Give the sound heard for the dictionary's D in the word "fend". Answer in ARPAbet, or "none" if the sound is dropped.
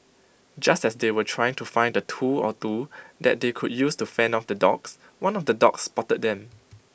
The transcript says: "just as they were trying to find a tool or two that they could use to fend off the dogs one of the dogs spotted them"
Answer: none